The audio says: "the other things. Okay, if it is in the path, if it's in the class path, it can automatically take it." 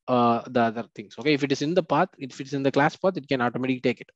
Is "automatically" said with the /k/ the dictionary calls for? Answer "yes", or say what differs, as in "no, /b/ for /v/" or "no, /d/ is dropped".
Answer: no, /k/ is dropped